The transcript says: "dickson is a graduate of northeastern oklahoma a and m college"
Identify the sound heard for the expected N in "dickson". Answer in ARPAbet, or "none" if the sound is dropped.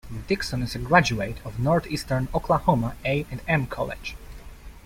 N